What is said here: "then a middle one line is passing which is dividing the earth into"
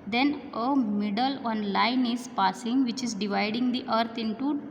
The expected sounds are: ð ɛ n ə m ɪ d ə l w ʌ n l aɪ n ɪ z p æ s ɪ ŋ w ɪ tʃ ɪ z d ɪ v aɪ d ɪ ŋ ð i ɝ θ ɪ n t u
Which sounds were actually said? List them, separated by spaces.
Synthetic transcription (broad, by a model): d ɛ n ə m ɪ d ə l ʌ n l aɪ n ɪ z p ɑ s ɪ ŋ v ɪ tʃ ɪ z d ɪ v aɪ d ɪ ŋ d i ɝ t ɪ n t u